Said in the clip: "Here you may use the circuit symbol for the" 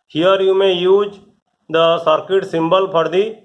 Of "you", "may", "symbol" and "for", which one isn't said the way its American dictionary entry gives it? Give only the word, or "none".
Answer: for